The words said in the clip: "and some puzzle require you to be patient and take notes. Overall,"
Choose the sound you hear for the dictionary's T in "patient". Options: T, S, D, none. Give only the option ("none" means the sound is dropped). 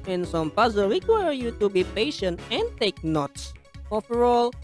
T